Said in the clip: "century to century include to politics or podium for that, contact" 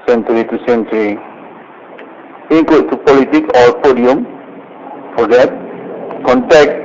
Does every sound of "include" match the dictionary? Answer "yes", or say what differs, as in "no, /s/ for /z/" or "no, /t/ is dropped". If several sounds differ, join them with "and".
no, /l/ is dropped